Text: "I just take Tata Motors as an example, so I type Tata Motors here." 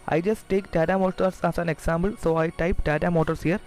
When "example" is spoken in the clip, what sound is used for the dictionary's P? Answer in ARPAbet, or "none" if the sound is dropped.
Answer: B